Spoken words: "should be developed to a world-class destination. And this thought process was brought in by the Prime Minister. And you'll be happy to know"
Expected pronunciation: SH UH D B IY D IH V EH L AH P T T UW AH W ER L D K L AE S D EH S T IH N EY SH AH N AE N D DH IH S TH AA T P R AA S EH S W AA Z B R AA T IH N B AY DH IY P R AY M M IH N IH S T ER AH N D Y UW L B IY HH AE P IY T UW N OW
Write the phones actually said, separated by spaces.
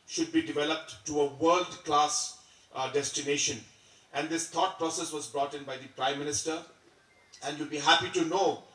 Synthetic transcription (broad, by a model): SH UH D B IY D IH V EH L AH P T T UW AH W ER L D K L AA S D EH S T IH N EY SH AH N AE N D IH S T AA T P R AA S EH S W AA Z B R AA T IH N B AY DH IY P R AY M M IH N IH S T ER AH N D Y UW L B IY HH AE P IY T UW N OW